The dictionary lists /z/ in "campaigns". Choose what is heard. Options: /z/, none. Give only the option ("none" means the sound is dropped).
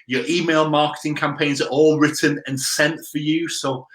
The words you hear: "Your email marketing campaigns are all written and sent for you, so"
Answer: /z/